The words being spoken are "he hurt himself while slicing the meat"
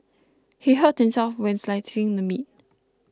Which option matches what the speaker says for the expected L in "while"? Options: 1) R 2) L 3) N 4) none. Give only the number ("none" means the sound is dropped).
3